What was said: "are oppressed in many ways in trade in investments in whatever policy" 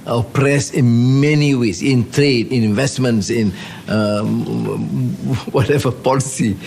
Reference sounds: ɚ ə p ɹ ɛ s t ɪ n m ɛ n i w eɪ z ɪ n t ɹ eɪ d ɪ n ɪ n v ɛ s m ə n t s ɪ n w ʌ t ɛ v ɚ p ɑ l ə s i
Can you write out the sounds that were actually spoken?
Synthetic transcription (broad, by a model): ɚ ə p ɹ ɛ s ɪ n m ɛ n i w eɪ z ɪ n t ɹ eɪ d ɪ n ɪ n v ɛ s m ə n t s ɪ n w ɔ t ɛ v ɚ p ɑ l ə s i